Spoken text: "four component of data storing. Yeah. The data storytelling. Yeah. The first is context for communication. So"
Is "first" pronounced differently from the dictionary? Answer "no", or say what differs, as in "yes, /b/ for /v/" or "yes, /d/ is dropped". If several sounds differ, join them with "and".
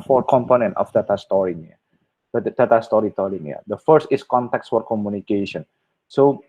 no